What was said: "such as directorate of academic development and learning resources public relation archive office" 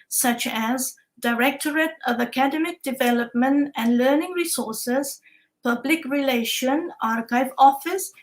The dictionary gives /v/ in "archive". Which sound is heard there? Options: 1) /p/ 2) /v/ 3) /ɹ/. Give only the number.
2